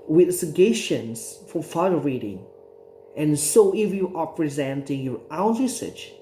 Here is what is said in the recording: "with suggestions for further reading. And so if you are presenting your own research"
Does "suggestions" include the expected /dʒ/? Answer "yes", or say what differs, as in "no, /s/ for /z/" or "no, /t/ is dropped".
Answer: no, /dʒ/ is dropped